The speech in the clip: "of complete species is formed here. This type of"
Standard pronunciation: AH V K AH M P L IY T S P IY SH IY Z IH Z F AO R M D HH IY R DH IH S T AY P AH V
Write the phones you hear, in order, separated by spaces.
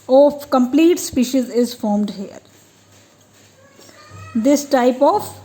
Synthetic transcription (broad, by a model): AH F K AH M P L IY T S P IY SH IY Z IH Z F AO R M D HH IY R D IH S T AY P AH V